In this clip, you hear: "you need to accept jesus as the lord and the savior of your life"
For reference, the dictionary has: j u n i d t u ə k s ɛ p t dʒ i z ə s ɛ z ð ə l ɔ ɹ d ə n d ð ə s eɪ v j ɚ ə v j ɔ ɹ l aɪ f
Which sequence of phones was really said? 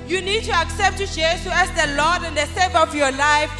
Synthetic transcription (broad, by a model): j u n i d t u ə k s ɛ p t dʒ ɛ s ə ɛ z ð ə l ɔ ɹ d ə n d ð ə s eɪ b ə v j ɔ l aɪ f